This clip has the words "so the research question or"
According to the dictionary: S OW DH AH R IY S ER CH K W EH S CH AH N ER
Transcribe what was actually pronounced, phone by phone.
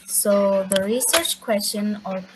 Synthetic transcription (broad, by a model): S OW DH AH R IY S ER CH K W EH S CH AH N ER